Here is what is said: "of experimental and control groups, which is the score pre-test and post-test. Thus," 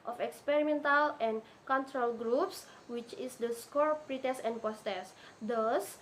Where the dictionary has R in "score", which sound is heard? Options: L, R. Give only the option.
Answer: R